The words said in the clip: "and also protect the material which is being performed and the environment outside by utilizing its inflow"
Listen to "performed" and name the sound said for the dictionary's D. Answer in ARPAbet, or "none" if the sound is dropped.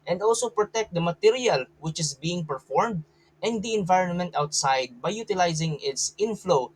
D